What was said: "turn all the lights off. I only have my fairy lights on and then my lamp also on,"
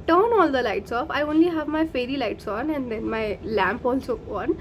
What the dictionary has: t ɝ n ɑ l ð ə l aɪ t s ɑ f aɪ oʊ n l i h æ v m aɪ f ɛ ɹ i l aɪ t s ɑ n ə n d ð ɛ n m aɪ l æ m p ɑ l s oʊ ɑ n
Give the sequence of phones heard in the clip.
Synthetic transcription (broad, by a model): t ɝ n ɑ l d ə l aɪ t s ɑ f aɪ oʊ n l i h æ v m aɪ f ɛ ɹ i l aɪ t s ɑ n ə n d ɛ n m aɪ l æ m p ɑ l s oʊ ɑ n